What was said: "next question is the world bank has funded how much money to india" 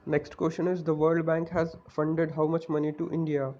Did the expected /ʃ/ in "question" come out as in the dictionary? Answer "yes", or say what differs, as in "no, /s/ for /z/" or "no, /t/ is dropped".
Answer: yes